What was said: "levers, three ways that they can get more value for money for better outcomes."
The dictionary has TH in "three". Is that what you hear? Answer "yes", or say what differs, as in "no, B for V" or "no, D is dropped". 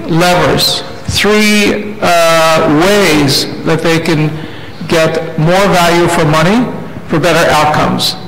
yes